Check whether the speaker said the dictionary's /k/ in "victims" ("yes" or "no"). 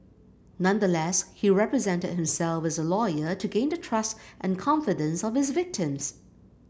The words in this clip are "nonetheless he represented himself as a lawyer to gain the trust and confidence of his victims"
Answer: yes